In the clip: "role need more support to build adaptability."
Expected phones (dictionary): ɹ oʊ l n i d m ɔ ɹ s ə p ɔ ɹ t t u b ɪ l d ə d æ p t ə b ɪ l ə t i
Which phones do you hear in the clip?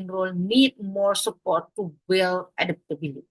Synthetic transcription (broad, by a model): ɹ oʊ l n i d m ɔ ɹ s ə p ɔ ɹ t t u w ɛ l ə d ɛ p t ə b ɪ l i